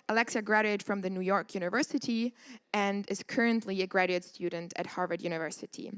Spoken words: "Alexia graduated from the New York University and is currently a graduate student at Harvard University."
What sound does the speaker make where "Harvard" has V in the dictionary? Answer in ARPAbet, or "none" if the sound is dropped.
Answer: V